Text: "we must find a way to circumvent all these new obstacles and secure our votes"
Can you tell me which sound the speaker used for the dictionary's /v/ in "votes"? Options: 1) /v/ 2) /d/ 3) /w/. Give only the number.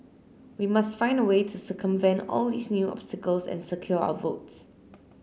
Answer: 1